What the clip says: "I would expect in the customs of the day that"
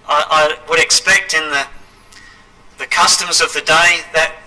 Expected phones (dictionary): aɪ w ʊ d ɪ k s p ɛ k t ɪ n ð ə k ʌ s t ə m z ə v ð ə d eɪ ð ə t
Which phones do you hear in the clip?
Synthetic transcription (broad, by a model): aɪ w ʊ d ɪ k s p ɛ k t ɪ n ð ə k ʌ s t ə m z ə v ð ə d eɪ ð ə t